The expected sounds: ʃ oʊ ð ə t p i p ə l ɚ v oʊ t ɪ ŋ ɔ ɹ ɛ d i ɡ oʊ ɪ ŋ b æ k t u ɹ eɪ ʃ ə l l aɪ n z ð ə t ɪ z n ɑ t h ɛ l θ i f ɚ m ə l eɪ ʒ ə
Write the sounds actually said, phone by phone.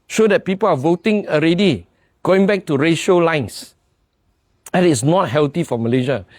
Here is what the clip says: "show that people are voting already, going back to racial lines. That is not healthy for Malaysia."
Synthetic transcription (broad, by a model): ʃ oʊ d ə t p i p ə l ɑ v oʊ t ɪ ŋ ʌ ɹ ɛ d i ɡ oʊ ɪ ŋ b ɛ k t u ɹ eɪ ʃ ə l l aɪ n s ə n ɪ s n ɑ t h ɛ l t i f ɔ m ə l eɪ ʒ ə